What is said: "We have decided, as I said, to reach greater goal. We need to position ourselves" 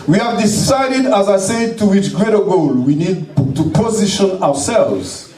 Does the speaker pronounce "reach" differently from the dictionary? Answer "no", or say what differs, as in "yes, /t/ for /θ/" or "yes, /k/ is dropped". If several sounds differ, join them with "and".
yes, /w/ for /ɹ/